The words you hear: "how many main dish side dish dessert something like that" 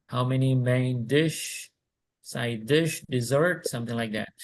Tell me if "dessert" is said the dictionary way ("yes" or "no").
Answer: yes